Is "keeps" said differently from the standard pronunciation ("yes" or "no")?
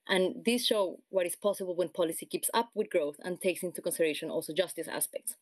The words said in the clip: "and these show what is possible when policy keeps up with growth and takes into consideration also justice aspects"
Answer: no